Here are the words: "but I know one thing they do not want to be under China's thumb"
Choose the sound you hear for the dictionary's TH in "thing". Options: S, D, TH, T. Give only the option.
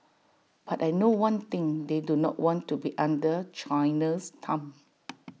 T